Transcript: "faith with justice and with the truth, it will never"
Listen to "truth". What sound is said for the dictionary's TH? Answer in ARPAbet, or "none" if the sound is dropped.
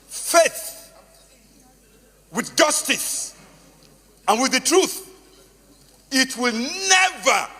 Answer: TH